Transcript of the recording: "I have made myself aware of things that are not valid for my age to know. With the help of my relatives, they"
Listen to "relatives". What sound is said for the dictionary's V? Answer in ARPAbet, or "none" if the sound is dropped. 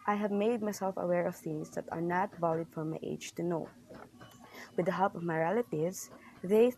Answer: none